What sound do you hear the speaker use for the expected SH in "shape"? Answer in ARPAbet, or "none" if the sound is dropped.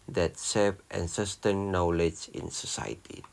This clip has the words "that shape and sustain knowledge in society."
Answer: S